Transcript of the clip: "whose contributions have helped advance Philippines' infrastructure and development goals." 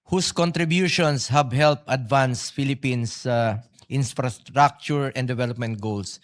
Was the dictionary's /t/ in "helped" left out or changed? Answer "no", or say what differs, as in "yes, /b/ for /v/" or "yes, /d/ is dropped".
yes, /t/ is dropped